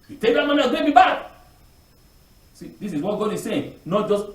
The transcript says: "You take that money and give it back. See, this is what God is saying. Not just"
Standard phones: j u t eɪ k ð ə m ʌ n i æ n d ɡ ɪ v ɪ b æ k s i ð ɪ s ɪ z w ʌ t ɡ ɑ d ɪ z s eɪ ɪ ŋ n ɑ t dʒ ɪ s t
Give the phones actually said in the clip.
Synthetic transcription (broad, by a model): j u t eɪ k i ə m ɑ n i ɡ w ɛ b ɪ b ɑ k s i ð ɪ s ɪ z w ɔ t ɡ ɑ d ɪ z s eɪ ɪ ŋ n ɑ t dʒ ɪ s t